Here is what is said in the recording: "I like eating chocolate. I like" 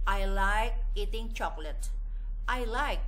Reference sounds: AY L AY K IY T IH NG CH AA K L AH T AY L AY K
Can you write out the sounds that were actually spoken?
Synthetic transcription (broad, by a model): AY L AY K IY T IH NG CH AA K L AH T AY L AY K